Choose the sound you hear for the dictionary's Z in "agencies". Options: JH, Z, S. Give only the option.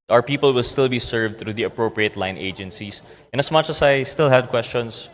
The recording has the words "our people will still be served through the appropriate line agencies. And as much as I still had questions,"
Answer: S